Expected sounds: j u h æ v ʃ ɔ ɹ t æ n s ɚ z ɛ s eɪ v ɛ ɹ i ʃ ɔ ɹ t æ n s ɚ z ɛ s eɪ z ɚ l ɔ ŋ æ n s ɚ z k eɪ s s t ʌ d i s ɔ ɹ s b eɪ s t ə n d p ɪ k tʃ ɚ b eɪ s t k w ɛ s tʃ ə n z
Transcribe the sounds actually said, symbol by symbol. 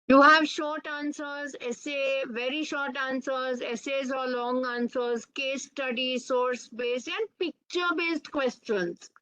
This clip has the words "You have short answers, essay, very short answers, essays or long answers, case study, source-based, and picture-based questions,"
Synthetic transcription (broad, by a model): j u h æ v ʃ ɔ ɹ t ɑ n s ɚ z ɛ s eɪ v ɛ ɹ i ʃ ɔ ɹ t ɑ n s ɚ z ɛ s eɪ z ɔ l ɔ ŋ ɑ n s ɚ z k eɪ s s t ʌ d i s ɔ ɹ s b eɪ s t ə n d p ɪ k tʃ ɚ b eɪ s t k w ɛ s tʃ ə n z